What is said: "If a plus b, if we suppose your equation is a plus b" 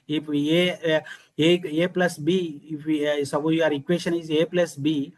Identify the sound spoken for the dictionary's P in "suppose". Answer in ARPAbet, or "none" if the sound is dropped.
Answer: B